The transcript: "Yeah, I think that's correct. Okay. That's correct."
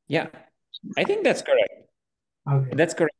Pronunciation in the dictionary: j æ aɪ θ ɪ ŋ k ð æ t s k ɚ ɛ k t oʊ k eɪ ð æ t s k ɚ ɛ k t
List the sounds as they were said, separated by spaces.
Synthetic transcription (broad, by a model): j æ aɪ θ ɪ ŋ k ð æ t s k ɚ ɛ k t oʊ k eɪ ð æ t s k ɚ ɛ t